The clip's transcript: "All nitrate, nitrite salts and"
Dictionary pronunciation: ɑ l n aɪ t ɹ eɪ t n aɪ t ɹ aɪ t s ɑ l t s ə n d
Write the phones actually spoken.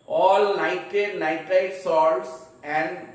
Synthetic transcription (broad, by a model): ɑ l n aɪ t eɪ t n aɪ t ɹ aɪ s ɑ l s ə n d